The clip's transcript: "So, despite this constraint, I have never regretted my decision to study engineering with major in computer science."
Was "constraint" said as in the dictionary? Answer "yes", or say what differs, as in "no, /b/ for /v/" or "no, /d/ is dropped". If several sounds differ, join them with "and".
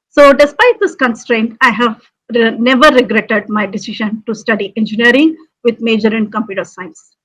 yes